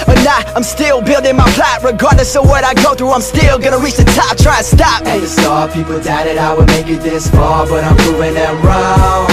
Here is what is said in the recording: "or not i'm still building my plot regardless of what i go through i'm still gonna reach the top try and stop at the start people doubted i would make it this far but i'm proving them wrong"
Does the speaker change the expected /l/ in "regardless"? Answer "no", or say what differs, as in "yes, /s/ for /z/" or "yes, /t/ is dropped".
yes, /l/ is dropped